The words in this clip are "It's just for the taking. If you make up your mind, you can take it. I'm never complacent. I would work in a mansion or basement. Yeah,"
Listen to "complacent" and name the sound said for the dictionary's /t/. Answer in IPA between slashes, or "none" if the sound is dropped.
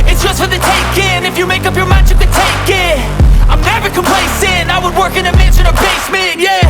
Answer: none